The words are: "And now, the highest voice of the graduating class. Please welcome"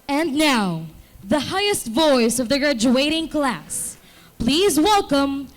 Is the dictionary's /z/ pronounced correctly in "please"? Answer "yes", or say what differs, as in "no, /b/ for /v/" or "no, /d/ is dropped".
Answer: yes